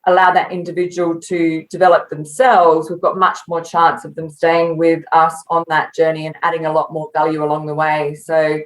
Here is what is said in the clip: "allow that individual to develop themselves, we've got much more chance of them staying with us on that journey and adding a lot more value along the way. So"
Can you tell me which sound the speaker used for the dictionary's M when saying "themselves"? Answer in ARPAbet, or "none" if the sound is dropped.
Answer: M